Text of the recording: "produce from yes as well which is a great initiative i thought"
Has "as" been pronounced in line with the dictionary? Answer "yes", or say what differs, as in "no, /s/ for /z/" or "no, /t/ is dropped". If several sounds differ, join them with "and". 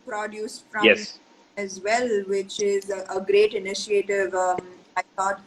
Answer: yes